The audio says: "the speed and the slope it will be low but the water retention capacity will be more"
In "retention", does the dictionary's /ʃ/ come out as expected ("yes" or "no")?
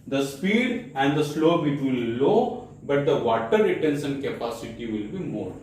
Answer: no